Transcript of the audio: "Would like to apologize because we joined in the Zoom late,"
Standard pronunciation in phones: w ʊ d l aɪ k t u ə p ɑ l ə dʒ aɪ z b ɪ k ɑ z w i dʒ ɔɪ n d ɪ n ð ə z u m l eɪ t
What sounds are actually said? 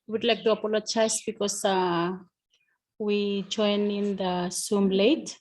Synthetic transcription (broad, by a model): w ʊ d l aɪ k t u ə p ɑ l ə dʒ aɪ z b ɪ k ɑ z w i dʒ ɔɪ n ɪ n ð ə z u m l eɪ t